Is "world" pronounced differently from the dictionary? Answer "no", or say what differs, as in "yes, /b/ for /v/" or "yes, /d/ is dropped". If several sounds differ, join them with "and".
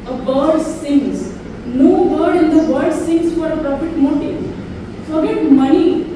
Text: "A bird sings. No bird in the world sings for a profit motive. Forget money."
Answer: yes, /l/ is dropped